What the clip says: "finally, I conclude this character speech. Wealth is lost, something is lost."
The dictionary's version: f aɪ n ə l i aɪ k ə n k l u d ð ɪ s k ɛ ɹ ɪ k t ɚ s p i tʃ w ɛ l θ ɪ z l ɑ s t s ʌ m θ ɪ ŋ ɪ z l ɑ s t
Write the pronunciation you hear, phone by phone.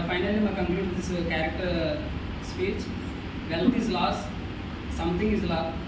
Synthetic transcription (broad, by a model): f aɪ n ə l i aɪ k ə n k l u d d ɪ s k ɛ ɹ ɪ k t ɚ s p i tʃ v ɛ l t ɪ z l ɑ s s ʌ m t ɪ ŋ ɪ z l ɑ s